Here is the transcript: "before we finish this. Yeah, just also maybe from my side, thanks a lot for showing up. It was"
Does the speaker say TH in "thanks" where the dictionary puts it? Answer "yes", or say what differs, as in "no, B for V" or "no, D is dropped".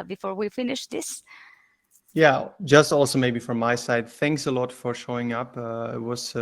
yes